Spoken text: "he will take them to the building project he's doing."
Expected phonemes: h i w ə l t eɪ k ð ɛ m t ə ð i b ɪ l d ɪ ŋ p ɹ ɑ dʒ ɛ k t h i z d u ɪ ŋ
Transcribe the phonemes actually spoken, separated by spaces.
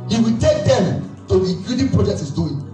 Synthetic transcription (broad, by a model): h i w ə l t eɪ k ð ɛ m t ə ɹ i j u d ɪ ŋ p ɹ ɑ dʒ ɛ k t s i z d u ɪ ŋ